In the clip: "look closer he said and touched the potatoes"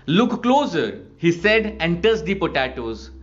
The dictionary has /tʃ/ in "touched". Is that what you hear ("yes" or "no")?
no